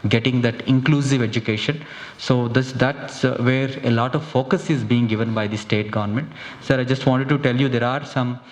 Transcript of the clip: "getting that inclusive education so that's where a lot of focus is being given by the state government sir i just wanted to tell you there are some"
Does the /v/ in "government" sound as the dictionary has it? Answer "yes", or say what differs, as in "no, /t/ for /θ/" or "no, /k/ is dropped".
yes